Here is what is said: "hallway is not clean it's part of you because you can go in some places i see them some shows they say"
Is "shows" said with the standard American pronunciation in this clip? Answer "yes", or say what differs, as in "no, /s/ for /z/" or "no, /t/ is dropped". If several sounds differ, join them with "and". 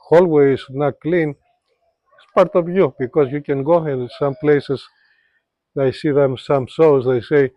no, /s/ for /ʃ/